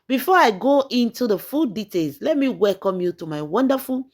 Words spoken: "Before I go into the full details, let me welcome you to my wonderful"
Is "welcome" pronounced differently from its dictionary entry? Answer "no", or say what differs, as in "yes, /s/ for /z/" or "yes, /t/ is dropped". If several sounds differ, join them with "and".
no